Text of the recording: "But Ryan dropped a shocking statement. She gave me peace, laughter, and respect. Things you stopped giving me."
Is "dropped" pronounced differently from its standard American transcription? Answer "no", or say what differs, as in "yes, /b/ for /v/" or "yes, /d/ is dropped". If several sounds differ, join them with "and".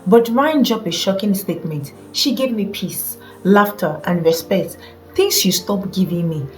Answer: yes, /t/ is dropped